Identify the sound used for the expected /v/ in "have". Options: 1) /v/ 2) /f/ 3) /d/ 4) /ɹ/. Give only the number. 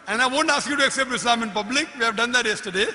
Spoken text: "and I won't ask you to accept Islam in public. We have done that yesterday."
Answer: 1